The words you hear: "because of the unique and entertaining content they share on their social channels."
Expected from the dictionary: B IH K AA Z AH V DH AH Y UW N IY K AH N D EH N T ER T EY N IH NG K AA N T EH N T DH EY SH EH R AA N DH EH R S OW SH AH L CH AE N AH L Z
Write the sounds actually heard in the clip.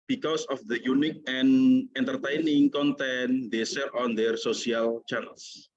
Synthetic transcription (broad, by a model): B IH K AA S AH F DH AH Y UW N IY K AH N EH N T ER T EY N IH NG K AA N T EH N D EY S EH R AA N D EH R S OW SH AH L CH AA N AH L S